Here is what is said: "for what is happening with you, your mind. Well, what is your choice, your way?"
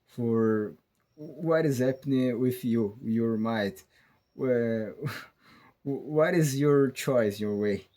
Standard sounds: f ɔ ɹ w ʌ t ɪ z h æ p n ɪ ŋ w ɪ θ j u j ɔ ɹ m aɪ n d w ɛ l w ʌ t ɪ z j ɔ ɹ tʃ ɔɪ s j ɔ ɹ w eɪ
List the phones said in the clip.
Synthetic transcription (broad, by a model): f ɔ ɹ w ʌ t ɪ z h æ p n ɪ ŋ w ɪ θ j u j ɔ ɹ m aɪ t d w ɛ w ʌ t ɪ z j ɔ ɹ tʃ ɔɪ s j ɔ ɹ w eɪ